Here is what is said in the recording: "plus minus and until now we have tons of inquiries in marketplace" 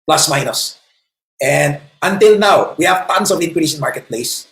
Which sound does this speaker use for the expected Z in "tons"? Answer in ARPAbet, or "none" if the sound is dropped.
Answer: S